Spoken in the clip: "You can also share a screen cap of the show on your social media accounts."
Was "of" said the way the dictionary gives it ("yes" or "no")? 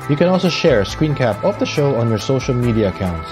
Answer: no